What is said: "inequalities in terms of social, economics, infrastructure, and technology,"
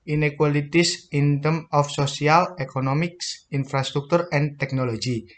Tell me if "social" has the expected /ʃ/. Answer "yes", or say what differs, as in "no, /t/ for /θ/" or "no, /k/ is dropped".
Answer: no, /s/ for /ʃ/